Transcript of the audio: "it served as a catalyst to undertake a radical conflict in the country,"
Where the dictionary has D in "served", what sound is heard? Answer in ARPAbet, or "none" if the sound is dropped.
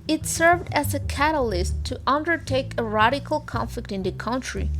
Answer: D